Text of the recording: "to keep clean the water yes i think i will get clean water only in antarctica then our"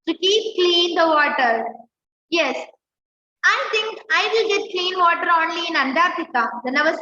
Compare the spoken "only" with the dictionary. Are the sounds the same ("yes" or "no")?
yes